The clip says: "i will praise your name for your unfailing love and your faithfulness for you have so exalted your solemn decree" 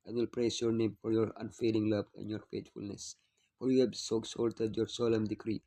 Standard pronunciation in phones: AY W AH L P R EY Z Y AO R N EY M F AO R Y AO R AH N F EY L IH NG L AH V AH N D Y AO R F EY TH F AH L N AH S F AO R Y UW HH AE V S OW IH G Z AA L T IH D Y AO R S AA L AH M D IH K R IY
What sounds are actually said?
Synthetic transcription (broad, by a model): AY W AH L P R EY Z Y AO R N EY M F AO R Y AO R AH N F EY L IH NG L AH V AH N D Y AO R F EY T F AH L N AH S F AO R Y UW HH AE B S OW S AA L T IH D Y AO R S AA L AH M D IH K R IY